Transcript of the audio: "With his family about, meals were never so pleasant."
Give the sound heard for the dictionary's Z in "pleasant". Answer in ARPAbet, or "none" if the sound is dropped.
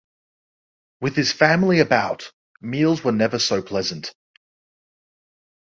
Z